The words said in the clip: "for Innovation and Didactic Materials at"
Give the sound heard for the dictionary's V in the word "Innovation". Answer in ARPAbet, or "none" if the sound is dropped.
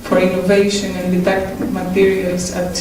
V